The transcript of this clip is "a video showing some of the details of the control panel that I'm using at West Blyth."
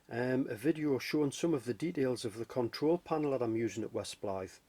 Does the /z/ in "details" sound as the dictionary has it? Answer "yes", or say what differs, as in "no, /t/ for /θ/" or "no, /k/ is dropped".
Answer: yes